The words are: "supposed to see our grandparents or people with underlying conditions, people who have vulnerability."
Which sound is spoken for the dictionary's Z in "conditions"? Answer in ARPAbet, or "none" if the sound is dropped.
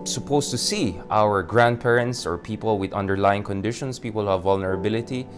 S